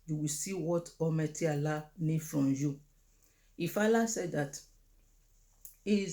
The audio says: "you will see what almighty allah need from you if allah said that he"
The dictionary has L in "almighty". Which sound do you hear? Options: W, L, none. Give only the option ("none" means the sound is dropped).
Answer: none